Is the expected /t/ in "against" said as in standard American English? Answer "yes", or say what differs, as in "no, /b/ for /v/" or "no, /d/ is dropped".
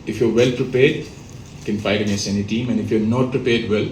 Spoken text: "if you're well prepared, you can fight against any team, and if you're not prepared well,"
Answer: no, /t/ is dropped